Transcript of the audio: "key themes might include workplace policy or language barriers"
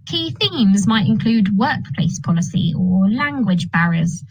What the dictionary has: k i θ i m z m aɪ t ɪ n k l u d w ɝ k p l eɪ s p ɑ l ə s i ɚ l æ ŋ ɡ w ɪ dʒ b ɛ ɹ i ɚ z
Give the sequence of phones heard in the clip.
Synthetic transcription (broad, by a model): k i θ i m z m aɪ t ɪ n k l u d w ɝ k p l eɪ s p ɑ l ə s i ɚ l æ ŋ ɡ w ɪ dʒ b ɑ ɹ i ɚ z